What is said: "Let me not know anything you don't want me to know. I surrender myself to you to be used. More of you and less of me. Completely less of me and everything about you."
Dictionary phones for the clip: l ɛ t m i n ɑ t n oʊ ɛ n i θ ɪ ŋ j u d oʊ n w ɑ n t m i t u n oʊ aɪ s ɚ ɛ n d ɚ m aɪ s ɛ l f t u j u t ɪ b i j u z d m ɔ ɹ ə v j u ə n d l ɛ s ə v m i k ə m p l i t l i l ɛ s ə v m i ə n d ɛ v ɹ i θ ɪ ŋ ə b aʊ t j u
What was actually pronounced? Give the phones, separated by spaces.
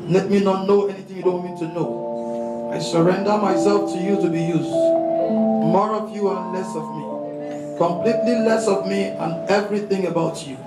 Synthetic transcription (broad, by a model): l ɛ t m i n ɑ t n oʊ ɛ n i θ ɪ ŋ j u d oʊ n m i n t t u n oʊ aɪ s ɚ ɛ n d ɚ m aɪ s ɛ l f t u j u t ɪ b i j u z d m ɔ ɹ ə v j u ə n l ɛ s ə v m i k ə m p l i t l i l ɛ s ə v m i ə n ɛ v ɹ i θ ɪ ŋ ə b aʊ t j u